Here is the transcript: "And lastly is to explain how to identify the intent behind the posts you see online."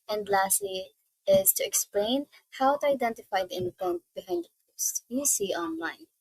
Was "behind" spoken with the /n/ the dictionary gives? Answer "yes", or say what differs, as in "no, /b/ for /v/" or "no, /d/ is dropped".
yes